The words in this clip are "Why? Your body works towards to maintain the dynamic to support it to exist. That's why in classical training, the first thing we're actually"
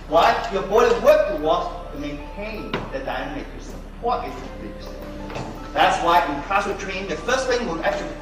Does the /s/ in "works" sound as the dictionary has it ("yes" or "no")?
no